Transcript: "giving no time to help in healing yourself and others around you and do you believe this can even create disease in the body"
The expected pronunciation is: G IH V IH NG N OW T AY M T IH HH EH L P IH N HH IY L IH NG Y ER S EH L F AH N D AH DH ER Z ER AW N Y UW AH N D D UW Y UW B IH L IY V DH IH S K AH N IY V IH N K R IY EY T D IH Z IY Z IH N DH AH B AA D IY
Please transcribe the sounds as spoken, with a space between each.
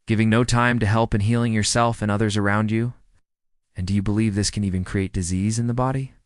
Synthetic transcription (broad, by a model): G IH V IH NG N OW T AY M T IH HH EH L P IH N HH IY L IH NG Y ER S EH L F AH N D AH DH ER Z ER AW N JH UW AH N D D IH Y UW B IH L IY V DH IH S K AH N IY V IH N K R IY EY T D IH Z IY Z IH N DH AH B AA D IY